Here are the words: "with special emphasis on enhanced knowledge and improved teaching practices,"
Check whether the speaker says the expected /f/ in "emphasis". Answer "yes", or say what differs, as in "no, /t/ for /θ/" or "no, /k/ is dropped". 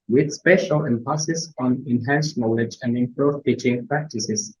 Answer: no, /p/ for /f/